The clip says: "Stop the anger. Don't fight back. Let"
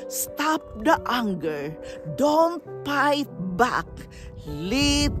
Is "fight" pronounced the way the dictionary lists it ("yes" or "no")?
no